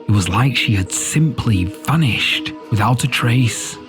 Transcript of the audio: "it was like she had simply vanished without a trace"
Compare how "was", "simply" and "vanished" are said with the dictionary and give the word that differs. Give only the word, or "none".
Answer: vanished